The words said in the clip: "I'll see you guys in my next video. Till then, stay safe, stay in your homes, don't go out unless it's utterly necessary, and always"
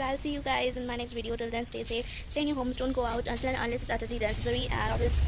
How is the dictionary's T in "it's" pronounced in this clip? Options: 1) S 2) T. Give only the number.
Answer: 1